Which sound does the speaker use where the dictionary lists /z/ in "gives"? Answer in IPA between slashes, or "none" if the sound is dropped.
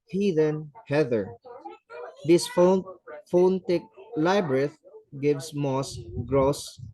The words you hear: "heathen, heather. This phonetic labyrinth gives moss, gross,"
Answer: /s/